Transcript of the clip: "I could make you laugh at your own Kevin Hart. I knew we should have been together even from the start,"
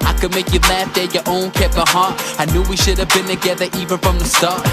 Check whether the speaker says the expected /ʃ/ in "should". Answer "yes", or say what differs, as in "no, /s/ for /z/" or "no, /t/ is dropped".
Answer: yes